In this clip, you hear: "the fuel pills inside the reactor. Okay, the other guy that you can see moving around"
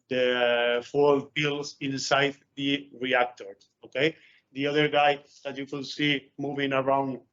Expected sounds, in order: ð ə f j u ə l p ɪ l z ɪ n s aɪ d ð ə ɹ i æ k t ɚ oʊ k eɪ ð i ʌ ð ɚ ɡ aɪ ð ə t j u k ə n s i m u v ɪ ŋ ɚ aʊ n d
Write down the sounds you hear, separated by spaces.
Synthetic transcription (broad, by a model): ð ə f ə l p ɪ l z ɪ n s aɪ d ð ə ɹ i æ k t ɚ oʊ k eɪ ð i ʌ ð ɚ ɡ aɪ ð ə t j u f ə l s i m u v ɪ ŋ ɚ aʊ n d